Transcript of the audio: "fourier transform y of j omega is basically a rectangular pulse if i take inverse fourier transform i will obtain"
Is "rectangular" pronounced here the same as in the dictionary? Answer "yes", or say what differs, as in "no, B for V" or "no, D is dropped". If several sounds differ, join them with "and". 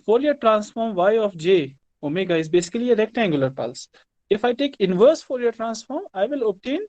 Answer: yes